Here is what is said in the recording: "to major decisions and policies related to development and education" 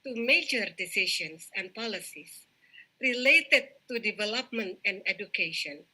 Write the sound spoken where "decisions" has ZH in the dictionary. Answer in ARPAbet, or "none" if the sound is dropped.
SH